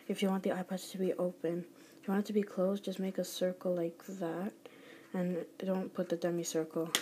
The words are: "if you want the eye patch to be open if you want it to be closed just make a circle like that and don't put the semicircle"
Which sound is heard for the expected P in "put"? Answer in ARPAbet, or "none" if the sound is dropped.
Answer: P